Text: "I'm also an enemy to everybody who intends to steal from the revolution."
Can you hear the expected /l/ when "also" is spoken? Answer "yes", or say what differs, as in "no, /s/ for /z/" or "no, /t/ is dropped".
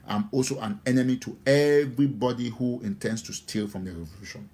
yes